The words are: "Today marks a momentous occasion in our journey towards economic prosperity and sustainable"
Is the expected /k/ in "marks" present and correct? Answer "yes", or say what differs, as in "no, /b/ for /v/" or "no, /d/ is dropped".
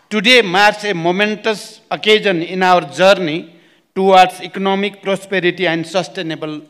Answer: no, /k/ is dropped